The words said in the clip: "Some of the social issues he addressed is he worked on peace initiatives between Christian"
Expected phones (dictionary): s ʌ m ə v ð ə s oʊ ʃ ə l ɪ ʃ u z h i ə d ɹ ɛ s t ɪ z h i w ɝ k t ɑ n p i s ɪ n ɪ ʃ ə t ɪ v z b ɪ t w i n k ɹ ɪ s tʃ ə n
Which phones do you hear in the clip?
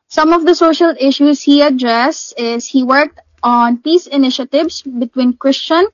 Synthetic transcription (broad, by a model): s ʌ m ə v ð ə s oʊ ʃ ə l ɪ ʃ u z h i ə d ɹ ɛ s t ɪ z h i w ɝ k t ɑ n p i s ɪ n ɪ ʃ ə t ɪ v s b ɪ t w i n k ɹ ɪ s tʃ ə n